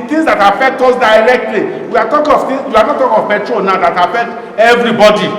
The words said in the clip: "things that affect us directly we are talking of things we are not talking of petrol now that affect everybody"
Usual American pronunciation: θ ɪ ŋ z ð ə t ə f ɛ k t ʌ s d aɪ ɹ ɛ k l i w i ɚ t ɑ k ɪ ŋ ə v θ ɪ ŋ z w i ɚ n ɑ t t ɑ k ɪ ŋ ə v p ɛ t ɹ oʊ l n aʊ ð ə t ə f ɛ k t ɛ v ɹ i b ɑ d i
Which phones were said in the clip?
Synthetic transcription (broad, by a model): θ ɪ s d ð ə t ə f ɛ k t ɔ s d aɪ ɹ ɛ k l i w i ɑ t ɑ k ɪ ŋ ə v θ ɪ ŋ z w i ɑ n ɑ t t ɑ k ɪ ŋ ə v b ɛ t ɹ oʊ n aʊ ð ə t ə f ɛ k t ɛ v ɹ i b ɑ d i